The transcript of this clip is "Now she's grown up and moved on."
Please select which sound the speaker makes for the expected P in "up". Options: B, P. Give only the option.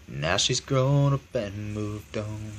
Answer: B